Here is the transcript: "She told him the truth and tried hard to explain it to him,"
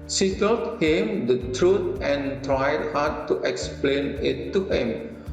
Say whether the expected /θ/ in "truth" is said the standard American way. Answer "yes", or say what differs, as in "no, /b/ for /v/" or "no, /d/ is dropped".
no, /t/ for /θ/